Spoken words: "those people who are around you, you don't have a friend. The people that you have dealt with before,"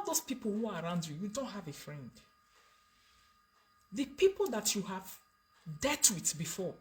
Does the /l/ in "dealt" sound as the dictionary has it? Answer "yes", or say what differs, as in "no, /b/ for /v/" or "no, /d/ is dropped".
no, /l/ is dropped